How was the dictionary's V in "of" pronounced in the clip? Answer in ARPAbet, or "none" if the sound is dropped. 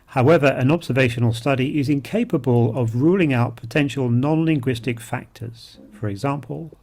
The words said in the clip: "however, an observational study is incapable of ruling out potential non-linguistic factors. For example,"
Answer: V